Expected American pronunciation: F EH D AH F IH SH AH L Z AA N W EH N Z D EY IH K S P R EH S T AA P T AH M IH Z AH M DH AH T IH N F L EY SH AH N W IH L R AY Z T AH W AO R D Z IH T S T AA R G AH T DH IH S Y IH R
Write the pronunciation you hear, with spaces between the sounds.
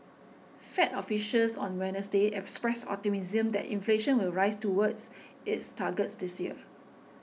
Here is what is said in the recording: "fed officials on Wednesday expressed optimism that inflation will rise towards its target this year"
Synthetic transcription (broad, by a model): F EH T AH F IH SH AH L S AA N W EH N S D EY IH K S P R EH S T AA T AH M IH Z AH M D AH T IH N F L EY SH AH N W IH L R AY S T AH W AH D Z IH T S T AA G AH T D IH S Y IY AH